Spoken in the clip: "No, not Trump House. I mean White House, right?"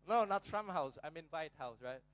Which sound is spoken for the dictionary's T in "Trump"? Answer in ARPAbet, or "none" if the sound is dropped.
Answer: S